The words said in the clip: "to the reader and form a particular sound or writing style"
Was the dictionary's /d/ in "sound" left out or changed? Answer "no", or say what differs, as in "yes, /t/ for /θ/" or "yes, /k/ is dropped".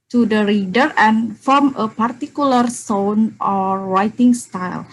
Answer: yes, /d/ is dropped